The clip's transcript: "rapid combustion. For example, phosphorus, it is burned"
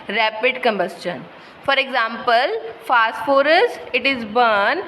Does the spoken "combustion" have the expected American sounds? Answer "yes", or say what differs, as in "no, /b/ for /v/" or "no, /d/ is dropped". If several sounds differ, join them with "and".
yes